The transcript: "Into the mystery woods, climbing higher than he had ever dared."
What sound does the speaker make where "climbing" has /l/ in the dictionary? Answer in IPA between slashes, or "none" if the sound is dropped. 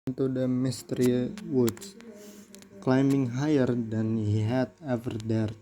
/l/